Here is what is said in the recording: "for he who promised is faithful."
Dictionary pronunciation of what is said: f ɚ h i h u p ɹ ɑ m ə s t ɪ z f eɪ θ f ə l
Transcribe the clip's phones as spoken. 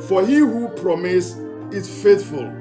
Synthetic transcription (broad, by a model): f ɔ h i h u p ɹ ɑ m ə s ɪ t f eɪ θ f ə l